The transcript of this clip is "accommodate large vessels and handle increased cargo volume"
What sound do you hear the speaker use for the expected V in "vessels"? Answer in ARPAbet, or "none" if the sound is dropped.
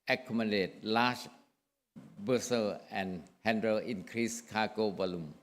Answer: B